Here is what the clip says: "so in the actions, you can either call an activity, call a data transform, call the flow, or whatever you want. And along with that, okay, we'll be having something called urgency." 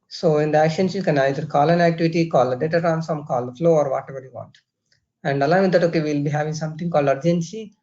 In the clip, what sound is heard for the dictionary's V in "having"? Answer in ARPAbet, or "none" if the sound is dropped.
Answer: V